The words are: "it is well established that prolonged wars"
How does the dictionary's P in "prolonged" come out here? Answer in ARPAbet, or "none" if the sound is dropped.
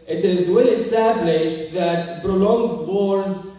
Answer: B